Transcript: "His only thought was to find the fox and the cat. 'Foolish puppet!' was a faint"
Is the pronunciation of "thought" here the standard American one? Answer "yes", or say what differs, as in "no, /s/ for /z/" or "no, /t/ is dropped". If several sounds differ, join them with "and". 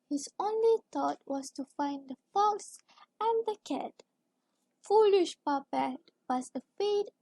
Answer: no, /t/ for /θ/